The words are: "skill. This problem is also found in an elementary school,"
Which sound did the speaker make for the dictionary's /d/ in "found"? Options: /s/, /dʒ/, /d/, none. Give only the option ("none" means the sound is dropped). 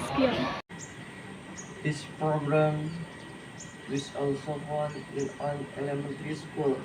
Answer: none